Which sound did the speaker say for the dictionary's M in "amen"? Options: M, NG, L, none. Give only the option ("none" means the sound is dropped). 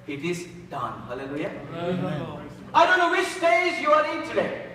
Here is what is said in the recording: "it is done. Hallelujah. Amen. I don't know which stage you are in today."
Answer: none